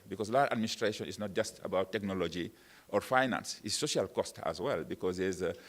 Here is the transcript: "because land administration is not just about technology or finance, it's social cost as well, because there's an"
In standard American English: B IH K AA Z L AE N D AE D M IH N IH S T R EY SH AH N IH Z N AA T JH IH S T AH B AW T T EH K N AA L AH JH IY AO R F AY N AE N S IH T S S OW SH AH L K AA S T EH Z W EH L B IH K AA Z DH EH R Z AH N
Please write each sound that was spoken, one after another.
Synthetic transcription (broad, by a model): B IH K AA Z L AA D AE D M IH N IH S T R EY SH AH N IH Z N AA T JH IH S T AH B AW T T EH K N AA L AH JH IY AO R F AY N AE N S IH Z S S OW SH AH L K AA S T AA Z W EH L B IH K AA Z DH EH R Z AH